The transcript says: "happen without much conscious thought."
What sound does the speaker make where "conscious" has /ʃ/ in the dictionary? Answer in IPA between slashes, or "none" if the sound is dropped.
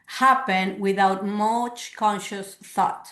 /ʃ/